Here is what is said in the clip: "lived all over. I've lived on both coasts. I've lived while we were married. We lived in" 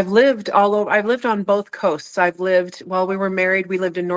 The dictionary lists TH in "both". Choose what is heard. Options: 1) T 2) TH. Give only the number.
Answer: 2